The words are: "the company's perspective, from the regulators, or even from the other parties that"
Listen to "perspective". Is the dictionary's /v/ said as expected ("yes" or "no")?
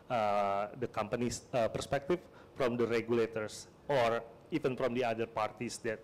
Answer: no